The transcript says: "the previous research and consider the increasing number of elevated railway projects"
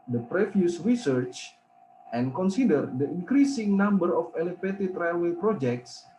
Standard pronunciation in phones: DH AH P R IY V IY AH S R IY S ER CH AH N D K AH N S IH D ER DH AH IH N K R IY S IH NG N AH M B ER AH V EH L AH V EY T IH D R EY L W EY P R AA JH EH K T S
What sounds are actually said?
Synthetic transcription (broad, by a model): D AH P R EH F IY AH S R IY S ER CH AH N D K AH N S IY D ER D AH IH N K R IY S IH NG N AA M B ER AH F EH L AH F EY T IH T R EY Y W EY P R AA JH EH K T S